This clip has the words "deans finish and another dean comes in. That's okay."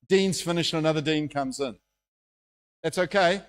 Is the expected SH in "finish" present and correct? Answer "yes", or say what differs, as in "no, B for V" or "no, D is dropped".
yes